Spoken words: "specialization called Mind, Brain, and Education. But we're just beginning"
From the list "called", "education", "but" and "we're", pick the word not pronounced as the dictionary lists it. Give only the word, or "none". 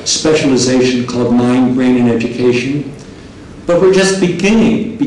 none